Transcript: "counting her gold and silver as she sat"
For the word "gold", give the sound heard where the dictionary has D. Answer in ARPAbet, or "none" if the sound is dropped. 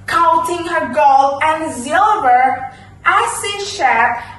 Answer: none